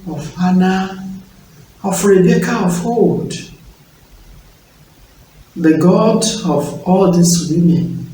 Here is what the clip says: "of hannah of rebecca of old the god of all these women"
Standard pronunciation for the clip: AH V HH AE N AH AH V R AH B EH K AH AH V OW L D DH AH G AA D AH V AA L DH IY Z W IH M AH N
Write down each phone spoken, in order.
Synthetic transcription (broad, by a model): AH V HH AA N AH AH F R AH B EH K AH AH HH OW D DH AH G AA D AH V AA L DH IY S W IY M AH N